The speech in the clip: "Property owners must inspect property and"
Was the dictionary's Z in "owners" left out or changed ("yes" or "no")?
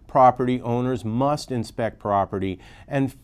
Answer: no